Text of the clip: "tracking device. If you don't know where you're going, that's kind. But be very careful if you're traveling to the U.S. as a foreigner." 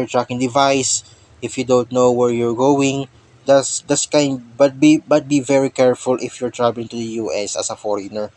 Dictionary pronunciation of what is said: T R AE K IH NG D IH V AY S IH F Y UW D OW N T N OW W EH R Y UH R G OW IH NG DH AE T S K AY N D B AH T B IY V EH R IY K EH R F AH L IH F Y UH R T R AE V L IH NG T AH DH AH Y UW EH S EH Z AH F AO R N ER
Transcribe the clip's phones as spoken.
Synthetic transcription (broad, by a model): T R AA K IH NG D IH V AY S IH F Y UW D OW N T N OW W EH R Y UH R G OW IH NG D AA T S K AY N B B AH T B IY V EH R IY K EH R F AH L IH F Y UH R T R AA B L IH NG T AH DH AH Y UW EH S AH S AH F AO R N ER